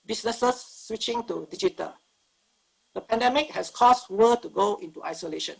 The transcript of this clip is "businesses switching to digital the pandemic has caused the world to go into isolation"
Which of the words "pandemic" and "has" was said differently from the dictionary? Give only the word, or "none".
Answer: has